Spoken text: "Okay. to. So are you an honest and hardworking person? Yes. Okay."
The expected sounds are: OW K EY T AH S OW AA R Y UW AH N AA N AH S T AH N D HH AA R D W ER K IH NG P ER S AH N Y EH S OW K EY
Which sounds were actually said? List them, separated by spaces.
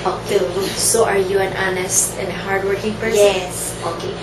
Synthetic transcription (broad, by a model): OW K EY S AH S AA R Y UW AH N AA N AH S T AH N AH HH AA R D W ER K IH NG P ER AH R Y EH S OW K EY